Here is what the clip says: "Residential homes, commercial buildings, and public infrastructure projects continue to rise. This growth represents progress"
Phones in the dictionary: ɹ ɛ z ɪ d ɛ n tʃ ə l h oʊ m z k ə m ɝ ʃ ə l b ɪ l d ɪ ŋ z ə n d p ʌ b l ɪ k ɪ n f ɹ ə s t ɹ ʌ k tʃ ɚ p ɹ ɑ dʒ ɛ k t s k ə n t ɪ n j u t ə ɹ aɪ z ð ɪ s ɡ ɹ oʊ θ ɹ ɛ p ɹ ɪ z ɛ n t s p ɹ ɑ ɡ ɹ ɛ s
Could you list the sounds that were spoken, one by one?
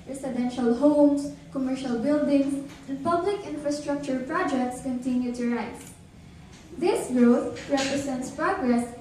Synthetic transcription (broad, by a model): ɹ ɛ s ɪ d ɛ n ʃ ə l h oʊ m s k ə m ɝ ʃ ə l b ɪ l d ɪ ŋ s ə n d p ʌ b l ɪ k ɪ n f ɹ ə s t ɹ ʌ k tʃ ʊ p ɹ ɑ dʒ ɛ k t s k ə n t ɪ n j u t ə ɹ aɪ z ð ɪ s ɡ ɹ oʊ t ɹ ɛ p ɹ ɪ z ɛ n t s p ɹ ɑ ɡ ɹ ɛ s